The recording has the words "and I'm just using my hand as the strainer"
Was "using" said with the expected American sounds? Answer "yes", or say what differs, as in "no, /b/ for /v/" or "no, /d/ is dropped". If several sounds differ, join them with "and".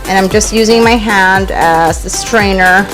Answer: yes